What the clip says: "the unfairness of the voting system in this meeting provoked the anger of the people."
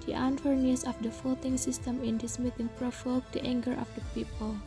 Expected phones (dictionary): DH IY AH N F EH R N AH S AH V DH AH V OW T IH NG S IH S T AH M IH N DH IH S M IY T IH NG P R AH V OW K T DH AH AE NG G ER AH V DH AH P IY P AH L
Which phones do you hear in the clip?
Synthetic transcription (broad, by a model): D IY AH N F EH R N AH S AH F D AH F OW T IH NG S IH S T AH M IH N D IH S M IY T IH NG P R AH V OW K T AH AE NG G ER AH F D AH P IY P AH L